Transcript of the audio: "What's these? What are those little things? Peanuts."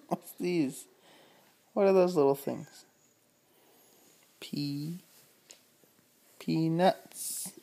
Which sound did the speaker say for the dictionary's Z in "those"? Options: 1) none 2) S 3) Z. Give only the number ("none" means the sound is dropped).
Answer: 3